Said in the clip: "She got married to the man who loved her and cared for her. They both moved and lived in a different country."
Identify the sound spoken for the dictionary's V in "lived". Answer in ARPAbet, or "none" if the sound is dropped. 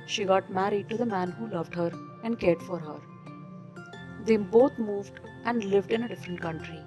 V